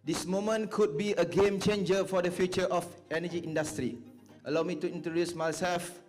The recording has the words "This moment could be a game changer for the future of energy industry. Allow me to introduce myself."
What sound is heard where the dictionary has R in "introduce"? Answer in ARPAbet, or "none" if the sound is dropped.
none